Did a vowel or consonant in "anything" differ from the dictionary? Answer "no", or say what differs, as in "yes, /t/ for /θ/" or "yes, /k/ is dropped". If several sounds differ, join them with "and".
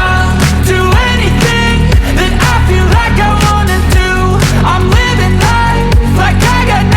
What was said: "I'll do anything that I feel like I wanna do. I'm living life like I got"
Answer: no